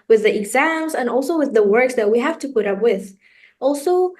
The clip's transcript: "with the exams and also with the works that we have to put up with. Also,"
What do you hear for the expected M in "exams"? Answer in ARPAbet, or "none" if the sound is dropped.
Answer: M